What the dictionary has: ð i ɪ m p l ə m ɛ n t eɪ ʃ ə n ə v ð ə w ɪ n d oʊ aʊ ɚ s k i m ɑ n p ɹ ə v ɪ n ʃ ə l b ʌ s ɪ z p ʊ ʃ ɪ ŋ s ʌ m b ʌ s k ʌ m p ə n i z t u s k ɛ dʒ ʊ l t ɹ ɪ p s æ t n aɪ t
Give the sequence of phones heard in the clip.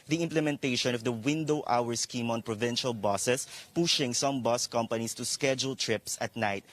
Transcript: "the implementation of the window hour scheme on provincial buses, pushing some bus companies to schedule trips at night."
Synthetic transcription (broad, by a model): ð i ɪ m p l ə m ɛ n t eɪ ʃ ə n ə v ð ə w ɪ n d oʊ aʊ ɚ s k i m ɑ n p ɹ ə v ɪ n ʃ ə l b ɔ s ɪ s p ʊ ʃ ɪ ŋ s ʌ m b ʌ s k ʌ m p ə n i s t u s k ɛ dʒ ʊ l t ɹ ɪ p s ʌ t n aɪ t